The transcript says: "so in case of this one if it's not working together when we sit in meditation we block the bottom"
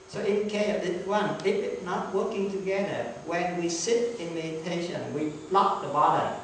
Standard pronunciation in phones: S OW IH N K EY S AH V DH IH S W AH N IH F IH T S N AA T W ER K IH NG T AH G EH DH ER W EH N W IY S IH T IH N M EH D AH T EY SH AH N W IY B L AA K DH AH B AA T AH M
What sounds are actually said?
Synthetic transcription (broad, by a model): S OW IH N K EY AH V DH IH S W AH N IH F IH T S N AA T W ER K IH NG T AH G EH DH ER W EH N W IY S IH T IH N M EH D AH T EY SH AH N W IY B L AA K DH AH B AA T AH